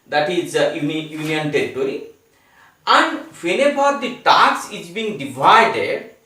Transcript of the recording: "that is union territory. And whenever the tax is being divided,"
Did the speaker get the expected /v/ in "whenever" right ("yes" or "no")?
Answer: no